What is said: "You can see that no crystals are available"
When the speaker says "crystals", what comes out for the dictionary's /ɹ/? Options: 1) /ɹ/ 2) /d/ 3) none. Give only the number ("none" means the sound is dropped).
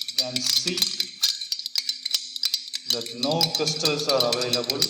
3